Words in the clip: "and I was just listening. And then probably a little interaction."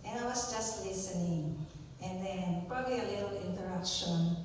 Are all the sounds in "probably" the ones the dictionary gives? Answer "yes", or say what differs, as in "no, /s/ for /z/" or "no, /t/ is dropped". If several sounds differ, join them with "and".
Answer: yes